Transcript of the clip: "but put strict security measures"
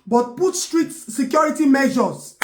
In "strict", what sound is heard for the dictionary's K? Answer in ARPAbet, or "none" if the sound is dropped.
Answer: none